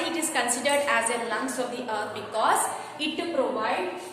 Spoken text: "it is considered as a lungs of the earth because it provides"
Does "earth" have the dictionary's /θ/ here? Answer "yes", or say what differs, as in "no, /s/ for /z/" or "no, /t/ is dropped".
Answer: no, /t/ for /θ/